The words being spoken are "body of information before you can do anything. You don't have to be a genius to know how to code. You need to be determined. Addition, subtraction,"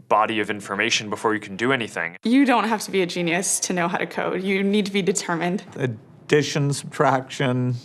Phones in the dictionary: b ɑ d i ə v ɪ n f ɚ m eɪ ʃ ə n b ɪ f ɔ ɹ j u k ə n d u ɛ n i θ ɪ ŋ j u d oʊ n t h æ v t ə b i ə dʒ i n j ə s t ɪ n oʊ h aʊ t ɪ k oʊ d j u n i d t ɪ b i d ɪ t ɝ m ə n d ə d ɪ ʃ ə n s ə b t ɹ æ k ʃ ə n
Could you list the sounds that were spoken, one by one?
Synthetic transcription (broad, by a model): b ɑ d i ə v ɪ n f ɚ m eɪ ʃ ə n b ɪ f ɔ ɹ j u k n d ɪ ɛ n i θ ɪ ŋ j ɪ d oʊ n t h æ f t ə b i ə dʒ i n j ə s t ɪ n oʊ h aʊ t ɪ k oʊ d j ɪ n i d t ɪ b i d ɪ t ɝ m ə n d ə d ɪ ʃ ə n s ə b t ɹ æ k ʃ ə n